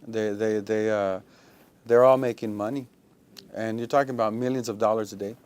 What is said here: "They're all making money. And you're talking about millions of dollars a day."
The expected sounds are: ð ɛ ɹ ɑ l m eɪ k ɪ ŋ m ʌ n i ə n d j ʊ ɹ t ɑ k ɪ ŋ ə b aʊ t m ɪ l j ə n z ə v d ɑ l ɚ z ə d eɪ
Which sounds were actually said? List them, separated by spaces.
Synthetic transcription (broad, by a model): ð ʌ ɹ ɑ l m eɪ k ɪ ŋ m ʌ n i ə n j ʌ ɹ t ɑ k ɪ ŋ ə b aʊ t m ɪ l j ə n z ə v d ɑ l ɚ z ə d eɪ